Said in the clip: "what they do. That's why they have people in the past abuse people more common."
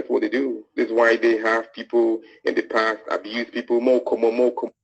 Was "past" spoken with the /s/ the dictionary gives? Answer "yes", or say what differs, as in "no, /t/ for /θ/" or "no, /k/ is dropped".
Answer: yes